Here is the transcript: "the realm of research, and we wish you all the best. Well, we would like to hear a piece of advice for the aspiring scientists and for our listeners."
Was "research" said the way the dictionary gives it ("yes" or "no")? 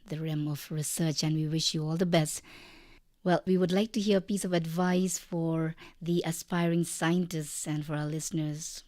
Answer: yes